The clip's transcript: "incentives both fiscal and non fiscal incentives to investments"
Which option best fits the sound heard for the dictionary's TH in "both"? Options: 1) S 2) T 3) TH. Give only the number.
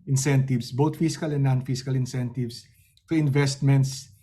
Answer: 2